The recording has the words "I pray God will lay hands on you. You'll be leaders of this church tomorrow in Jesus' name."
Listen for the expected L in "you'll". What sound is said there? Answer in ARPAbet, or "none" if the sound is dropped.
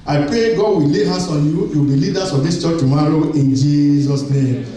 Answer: W